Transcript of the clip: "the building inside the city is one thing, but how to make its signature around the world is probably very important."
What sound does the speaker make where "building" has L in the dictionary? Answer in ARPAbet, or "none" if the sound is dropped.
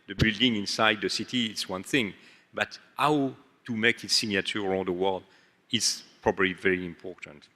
L